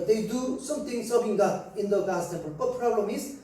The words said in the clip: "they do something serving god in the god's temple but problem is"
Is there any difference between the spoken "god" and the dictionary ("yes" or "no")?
yes